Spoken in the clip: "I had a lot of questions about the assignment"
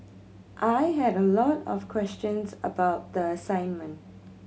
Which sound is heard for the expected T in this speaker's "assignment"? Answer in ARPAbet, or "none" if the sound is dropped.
T